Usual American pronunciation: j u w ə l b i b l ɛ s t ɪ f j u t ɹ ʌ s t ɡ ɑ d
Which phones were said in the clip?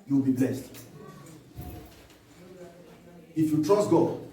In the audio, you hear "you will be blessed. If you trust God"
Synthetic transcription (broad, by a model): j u w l b i b l ɛ s t ɪ f j u t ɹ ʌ s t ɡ ɑ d